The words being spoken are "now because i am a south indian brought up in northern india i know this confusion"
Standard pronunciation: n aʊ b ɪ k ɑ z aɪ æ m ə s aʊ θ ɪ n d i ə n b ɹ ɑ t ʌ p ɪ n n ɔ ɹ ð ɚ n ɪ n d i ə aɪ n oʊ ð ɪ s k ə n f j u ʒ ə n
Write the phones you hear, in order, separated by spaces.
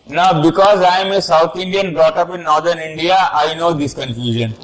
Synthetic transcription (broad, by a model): n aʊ b ɪ k ɑ z aɪ m ə s aʊ t ɪ n d i ə n b ɹ ɑ t ʌ p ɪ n n ɔ ɹ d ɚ n ɪ n d i ə aɪ n oʊ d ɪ s k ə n f j u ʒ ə n